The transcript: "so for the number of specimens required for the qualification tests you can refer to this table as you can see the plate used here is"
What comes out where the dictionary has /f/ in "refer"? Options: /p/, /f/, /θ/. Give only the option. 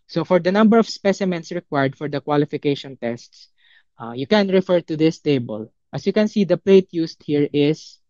/f/